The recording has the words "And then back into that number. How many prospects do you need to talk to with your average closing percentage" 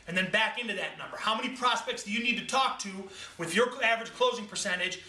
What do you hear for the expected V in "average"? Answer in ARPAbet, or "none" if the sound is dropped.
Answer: V